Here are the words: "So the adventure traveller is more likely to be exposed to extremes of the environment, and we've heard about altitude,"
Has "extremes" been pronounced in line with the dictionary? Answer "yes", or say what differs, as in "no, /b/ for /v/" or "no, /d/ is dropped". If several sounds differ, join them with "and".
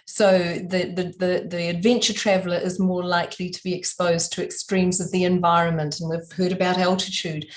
yes